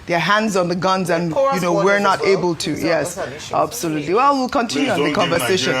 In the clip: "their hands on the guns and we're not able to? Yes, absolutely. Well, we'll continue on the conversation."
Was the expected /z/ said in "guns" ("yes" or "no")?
yes